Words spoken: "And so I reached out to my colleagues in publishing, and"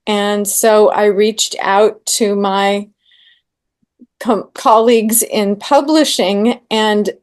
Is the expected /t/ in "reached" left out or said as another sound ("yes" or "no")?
no